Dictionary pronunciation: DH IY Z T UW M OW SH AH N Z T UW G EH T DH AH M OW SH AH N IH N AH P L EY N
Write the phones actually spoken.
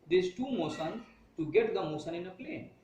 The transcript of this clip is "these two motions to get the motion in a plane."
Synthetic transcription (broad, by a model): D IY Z T UW M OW S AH N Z T UW G EH T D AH M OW S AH N IH N AH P L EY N